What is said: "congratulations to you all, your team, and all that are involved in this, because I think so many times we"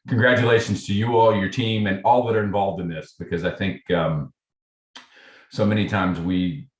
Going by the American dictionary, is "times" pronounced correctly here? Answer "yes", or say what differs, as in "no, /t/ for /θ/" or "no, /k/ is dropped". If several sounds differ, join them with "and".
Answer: yes